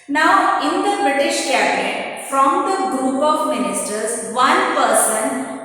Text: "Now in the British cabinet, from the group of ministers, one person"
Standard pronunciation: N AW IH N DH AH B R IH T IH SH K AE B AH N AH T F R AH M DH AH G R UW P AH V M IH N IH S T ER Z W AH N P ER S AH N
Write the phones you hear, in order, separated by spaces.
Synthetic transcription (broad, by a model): N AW IH N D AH B R IH T IH SH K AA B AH AH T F R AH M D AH G R UW P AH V M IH N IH S T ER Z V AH N P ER S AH N